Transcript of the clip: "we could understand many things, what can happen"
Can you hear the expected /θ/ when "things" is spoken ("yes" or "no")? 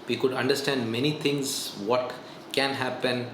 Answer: no